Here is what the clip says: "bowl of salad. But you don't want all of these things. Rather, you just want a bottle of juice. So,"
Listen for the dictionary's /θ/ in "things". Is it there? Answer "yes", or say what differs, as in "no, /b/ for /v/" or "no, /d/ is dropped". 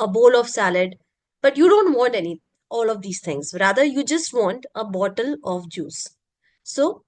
no, /t/ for /θ/